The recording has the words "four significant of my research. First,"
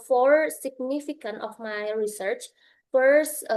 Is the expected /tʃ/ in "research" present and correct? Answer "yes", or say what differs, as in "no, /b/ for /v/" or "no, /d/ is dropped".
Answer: yes